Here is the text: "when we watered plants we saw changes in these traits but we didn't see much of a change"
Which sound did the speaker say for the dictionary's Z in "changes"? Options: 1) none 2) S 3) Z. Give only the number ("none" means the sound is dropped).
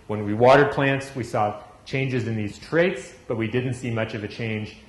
3